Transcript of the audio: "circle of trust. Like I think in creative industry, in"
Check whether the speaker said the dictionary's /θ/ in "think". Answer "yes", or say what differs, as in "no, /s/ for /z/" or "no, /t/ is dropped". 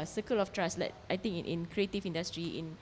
no, /t/ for /θ/